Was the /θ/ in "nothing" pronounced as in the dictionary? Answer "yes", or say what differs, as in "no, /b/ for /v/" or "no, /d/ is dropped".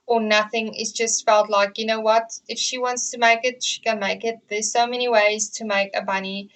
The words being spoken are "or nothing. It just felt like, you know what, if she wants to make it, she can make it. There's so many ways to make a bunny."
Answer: yes